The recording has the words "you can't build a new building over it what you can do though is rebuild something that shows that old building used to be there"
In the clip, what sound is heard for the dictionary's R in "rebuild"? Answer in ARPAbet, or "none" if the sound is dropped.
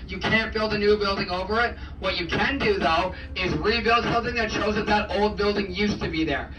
R